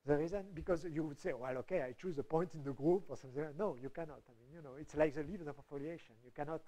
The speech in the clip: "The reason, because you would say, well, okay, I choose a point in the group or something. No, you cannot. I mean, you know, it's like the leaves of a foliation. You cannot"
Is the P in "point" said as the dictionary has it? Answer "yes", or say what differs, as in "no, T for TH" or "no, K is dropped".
yes